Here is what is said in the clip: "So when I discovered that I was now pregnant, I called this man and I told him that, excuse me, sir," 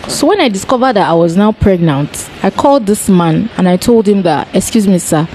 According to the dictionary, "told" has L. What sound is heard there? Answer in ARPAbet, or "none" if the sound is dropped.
L